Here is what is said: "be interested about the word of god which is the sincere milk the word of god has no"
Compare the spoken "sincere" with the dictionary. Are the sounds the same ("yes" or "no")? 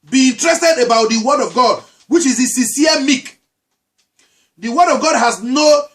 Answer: no